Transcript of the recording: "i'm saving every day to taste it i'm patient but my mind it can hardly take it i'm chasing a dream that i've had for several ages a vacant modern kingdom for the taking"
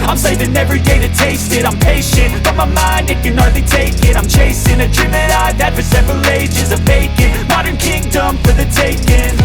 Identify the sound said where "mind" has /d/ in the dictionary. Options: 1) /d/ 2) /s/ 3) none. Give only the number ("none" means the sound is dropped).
1